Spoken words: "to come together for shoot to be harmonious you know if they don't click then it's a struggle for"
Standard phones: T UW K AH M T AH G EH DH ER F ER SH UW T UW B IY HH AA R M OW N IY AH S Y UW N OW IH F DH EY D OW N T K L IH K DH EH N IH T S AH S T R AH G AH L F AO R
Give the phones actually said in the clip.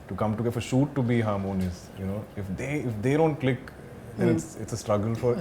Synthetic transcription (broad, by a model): T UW K AH M T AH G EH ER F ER SH UW T UW B IY HH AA R M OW N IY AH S Y UW N OW IH F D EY D OW N T K L IH K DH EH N IH T S AH S T R AH G AH L F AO R